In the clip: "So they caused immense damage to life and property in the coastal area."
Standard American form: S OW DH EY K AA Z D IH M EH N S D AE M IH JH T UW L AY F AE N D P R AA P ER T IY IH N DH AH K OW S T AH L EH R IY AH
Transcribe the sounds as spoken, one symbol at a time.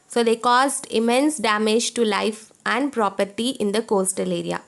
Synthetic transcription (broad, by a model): S OW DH EY K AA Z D IH M EH N S D AE M IH JH T UW L AY F AE N D P R AA P ER T IY IH N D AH K OW S T AH L EH R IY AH